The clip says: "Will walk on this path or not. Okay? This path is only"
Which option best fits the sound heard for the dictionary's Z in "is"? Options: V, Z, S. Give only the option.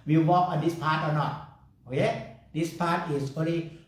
S